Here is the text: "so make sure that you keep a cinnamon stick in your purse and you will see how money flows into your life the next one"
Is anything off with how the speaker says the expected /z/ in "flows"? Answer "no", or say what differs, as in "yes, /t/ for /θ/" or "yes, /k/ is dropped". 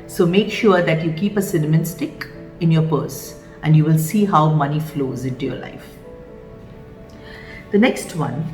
no